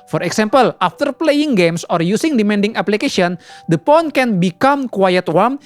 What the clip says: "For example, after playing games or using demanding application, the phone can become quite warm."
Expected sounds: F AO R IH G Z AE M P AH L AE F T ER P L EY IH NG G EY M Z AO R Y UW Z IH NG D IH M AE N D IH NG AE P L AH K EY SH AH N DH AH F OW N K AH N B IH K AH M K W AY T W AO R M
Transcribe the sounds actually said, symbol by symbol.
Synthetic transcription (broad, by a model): F AO R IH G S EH M P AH L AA F T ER P L EY IH NG G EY M S AO R Y UW S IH NG D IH M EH N D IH NG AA P L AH K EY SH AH N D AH P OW N K AH N B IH K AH M K W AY T W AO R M